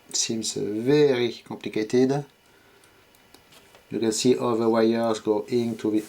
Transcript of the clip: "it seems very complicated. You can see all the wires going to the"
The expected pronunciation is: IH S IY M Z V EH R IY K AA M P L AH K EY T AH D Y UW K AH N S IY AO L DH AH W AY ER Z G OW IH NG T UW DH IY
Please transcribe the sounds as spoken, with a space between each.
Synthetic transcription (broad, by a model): S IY M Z V EH R IY K AA P L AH K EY T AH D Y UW K AH N S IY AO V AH W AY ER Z G OW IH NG T UW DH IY